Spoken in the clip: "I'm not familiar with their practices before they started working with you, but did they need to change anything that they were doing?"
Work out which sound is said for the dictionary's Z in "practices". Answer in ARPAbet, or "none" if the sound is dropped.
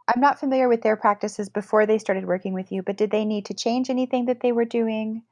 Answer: Z